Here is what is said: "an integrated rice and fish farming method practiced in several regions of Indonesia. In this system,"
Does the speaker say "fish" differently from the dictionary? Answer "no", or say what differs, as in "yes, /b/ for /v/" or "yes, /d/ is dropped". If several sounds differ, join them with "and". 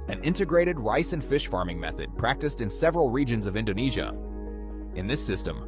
no